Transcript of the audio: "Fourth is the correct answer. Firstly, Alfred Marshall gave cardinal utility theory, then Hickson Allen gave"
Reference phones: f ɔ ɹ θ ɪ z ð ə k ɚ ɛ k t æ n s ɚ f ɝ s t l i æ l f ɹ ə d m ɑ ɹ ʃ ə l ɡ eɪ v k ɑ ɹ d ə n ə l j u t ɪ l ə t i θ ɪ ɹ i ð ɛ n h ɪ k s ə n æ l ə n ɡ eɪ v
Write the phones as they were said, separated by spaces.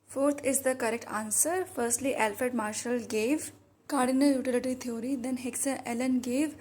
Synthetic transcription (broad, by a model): f ɔ ɹ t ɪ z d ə k ɚ ɛ k t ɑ n s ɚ f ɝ s t l i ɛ l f ə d m ɑ ɹ ʃ ə l ɡ eɪ v k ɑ ɹ d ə n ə j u t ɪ l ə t i t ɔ ɹ i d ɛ n h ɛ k s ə ɛ l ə n ɡ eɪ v